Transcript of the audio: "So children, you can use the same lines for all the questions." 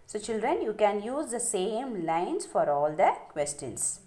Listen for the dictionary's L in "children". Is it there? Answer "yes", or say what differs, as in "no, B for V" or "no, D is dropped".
yes